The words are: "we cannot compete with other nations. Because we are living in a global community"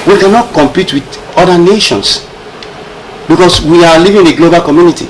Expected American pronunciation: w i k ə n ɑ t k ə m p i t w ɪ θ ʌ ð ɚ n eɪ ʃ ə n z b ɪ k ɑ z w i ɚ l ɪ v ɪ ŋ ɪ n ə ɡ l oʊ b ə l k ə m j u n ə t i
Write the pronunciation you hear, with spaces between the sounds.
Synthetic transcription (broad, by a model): w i k ə n ɑ t k ə m p i t w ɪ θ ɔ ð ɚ n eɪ ʃ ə n s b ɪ k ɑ s w i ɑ l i v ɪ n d ə ɡ l oʊ b ə l k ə m j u n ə t i